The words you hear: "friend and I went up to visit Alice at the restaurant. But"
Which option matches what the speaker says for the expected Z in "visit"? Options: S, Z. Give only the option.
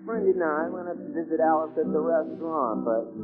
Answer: Z